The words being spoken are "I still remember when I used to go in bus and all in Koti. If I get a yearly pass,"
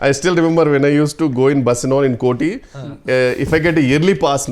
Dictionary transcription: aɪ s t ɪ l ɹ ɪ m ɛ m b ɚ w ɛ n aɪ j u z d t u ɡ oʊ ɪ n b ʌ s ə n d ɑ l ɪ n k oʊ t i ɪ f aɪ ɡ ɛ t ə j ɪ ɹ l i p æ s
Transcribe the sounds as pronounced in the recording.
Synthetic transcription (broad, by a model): aɪ s t ɪ l ɹ ɪ m ɛ m b ɚ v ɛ n aɪ j u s t u ɡ oʊ ɪ n b ʌ s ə n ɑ n ɪ n k oʊ t i ɪ f aɪ ɡ ɛ t ə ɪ ɹ l i p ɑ s